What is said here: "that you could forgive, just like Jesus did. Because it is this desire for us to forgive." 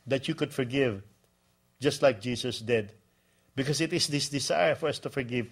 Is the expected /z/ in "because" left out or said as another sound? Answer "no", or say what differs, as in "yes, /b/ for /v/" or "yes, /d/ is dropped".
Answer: yes, /s/ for /z/